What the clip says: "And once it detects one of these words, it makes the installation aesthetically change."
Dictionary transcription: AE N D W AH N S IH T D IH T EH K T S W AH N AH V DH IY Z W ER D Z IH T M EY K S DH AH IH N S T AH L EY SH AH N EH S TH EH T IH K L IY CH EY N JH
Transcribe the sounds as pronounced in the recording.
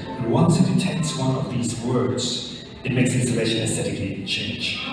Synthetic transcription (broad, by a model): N W AH N S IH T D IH T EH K T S W AH N AH V DH IY Z W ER D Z IH T M EY K S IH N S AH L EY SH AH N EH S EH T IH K IY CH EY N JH